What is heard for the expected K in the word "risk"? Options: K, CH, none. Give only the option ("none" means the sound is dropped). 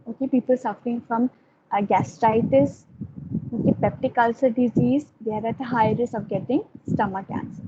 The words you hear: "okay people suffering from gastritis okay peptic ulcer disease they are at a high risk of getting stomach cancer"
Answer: none